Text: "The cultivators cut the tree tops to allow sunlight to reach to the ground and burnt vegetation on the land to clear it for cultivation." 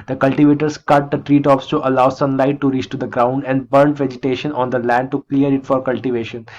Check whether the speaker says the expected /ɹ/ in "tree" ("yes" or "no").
yes